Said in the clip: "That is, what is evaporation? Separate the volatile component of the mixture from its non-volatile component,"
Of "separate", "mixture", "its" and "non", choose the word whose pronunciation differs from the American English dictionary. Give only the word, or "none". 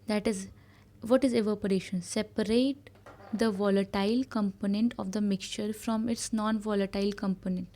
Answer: none